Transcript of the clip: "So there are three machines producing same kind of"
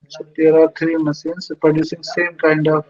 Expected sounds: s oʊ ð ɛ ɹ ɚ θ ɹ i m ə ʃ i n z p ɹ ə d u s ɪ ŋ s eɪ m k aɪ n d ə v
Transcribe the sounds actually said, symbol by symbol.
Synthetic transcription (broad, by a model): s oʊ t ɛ ɹ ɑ t ɹ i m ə s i n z p ɹ ə d u s ɪ ŋ s eɪ m k aɪ n d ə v